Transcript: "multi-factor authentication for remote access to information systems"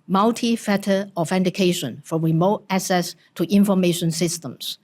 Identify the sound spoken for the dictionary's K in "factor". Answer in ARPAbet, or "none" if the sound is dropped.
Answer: none